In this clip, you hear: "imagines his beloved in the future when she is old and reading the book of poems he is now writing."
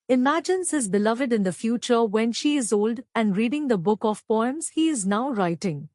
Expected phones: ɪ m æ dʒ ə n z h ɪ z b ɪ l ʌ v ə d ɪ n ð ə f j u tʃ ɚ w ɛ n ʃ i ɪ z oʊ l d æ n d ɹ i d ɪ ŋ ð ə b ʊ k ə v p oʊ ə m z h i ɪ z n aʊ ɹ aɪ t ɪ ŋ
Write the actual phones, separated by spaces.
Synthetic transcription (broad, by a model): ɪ m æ dʒ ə n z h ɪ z b ɪ l ʌ v ə d ɪ n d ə f j u tʃ ɚ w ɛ n ʃ i ɪ z oʊ l d æ n d ɹ i d ɪ ŋ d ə b ʊ k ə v p oʊ ə m z h i ɪ z n aʊ ɹ aɪ t ɪ ŋ